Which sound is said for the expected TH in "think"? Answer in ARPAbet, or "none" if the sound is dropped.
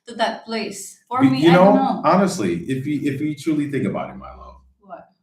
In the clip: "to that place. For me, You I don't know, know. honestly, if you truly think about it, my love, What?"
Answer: TH